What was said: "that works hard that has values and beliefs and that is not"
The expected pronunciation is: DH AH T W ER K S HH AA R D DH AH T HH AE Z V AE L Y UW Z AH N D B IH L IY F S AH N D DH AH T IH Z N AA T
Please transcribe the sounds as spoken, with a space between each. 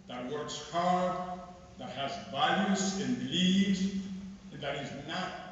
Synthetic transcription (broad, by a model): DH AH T W ER K S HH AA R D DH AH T HH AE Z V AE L Y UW S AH N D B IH L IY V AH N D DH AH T IH Z N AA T